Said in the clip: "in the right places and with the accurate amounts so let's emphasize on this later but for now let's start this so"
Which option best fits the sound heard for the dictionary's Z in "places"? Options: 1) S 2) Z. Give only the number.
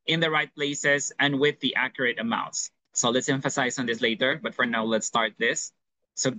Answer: 1